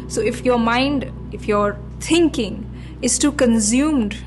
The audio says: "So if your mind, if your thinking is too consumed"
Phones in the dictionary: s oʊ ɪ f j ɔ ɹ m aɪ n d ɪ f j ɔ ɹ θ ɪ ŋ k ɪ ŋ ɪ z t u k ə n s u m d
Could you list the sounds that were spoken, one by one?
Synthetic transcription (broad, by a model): s oʊ ɪ f j ɔ ɹ m aɪ n d ɪ f j ɔ ɹ t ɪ ŋ k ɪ ŋ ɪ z t u k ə n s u m d